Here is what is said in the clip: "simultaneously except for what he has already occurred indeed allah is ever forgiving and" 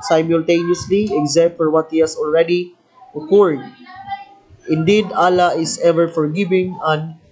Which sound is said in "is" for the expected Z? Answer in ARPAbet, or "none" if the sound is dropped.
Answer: S